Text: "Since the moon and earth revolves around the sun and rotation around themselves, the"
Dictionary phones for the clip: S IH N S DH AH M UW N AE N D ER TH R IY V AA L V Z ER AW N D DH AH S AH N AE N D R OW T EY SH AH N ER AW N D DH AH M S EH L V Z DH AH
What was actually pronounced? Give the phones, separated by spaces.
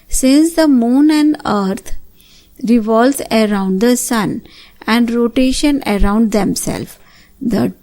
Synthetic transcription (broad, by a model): S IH N S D AH M UW N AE N D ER T R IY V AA L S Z ER AW N D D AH S AH N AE N D R OW T EY SH AH N ER AW N D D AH M S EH L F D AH